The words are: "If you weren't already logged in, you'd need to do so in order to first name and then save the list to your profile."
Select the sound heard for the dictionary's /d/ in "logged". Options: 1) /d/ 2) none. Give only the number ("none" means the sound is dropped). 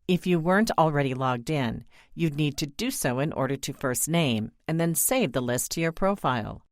1